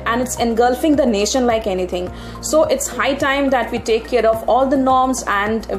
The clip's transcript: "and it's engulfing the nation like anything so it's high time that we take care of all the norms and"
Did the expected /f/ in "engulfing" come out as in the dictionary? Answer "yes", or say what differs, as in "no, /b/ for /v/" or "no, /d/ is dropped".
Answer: yes